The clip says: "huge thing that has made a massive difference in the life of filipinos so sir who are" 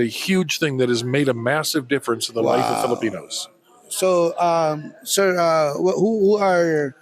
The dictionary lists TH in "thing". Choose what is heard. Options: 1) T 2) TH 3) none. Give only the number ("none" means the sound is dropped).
2